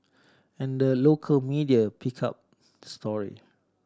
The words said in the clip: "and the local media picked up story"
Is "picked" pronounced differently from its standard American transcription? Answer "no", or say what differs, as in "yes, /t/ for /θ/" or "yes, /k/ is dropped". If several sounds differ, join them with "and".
yes, /t/ is dropped